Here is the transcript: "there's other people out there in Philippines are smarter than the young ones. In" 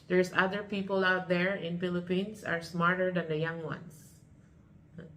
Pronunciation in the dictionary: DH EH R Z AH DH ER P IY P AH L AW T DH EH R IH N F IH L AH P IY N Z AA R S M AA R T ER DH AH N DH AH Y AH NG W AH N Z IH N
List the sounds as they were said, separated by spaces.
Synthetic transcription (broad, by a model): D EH R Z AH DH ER P IY P AH L AW T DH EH R IH N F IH L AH P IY N S AA R S M AA R T ER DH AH N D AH Y AH NG W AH N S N